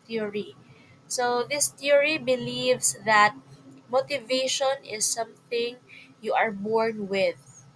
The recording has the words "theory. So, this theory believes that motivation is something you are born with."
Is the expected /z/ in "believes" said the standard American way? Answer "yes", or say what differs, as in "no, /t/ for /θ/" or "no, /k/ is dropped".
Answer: no, /s/ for /z/